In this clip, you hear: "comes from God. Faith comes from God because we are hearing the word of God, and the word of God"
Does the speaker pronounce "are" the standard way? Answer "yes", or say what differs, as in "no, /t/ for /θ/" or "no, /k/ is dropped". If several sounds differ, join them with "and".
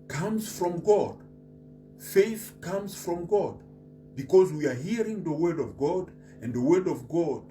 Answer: yes